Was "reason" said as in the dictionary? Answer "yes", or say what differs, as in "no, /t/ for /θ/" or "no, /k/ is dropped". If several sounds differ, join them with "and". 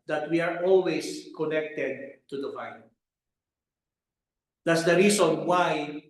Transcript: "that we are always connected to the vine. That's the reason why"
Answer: no, /s/ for /z/